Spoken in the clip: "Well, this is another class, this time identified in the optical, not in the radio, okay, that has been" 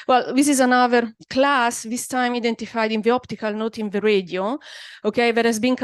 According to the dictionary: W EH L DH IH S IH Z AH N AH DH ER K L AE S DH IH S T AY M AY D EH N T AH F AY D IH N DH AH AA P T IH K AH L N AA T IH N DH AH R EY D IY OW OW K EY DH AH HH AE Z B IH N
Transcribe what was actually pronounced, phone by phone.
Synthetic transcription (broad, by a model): W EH L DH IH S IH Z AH N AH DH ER K L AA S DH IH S T AY M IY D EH N T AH F AY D IH N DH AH AA P T IH K AH L N AA T IH N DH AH R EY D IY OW OW K EY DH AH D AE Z B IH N